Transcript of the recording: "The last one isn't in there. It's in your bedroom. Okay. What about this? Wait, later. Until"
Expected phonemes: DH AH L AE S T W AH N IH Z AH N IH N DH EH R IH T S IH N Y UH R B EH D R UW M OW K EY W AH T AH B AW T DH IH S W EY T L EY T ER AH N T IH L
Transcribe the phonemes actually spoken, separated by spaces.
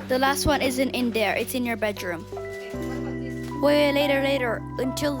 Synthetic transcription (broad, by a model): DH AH L AE S T W AH N IH Z AH N IH N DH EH R IH T S IH N Y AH R B EH D R UW M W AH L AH IH T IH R L EY T ER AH N T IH L